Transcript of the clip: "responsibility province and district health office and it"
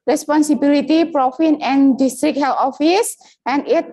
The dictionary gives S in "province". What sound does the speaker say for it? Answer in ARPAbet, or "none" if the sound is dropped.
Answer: none